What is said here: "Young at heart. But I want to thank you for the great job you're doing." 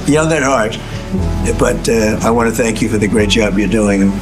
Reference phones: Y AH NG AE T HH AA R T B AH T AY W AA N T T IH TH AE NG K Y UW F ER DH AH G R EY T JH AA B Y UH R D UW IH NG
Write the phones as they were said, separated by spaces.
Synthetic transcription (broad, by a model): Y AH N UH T HH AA R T B AH T AY W AA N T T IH TH AE NG K Y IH F ER DH AH G R EY T JH AA B Y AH R D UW IH NG